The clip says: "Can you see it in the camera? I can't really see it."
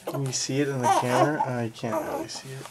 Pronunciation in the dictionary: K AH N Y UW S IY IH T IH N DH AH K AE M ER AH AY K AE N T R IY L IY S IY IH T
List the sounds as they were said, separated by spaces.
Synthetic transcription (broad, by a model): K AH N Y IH S IY IH T IH N DH AH K AE M ER AH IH K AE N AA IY IY S IY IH T